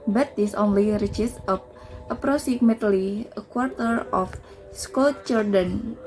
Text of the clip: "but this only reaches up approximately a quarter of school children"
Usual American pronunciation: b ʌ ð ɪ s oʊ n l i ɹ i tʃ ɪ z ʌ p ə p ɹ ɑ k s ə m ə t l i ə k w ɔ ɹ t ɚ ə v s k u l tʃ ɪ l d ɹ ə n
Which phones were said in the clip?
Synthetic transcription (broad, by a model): b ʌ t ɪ s oʊ n l i ɹ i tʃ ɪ s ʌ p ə p ɹ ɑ s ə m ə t l i ə k w ɔ ɹ t ɚ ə f s k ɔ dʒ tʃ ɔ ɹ d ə n